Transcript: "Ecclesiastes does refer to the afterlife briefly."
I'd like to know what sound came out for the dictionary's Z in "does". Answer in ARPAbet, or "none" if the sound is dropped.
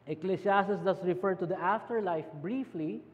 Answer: S